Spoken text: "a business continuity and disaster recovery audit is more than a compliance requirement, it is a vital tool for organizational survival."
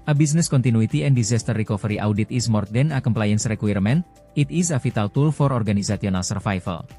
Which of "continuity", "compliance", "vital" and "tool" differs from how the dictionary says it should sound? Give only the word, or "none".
vital